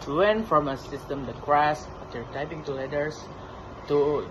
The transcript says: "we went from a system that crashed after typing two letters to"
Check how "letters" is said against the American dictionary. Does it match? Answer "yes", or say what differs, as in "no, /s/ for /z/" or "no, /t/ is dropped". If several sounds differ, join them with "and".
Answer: no, /s/ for /z/